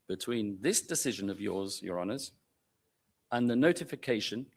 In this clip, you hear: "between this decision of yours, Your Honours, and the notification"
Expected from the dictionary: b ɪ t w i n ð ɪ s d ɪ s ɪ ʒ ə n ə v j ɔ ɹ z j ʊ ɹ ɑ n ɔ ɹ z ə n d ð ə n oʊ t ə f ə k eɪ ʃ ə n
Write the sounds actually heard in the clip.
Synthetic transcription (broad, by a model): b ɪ t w i n ð ɪ s d ɪ s ɪ ʒ ə n ə v j ɔ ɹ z j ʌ ɹ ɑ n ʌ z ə n ð ə n oʊ t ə f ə k eɪ ʃ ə n